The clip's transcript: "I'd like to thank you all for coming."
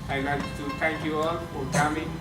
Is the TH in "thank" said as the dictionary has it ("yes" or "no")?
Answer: no